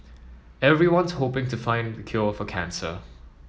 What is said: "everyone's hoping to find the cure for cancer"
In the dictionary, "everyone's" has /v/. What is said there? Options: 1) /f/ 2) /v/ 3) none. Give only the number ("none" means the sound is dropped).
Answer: 2